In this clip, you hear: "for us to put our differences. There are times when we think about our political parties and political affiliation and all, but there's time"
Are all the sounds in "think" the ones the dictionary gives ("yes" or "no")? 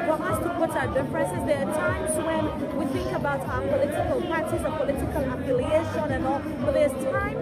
yes